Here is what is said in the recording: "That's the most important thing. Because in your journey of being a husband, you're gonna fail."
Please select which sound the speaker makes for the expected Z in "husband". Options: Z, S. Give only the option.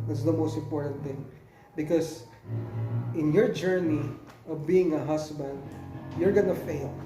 S